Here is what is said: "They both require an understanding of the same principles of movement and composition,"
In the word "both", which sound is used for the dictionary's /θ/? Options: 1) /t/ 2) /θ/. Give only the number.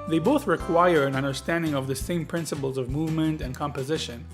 2